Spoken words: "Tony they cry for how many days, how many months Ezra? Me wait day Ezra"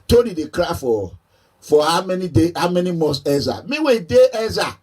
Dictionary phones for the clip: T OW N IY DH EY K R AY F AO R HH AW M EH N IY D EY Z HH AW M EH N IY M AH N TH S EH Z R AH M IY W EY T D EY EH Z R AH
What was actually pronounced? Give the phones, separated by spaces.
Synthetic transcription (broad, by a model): T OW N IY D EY K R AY F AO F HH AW M EH N IY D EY HH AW M EH N IY M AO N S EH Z AH M IY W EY D EY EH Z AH